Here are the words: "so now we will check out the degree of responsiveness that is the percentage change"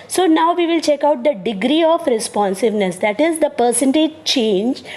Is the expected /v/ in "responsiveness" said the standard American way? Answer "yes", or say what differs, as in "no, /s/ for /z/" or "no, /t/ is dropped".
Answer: yes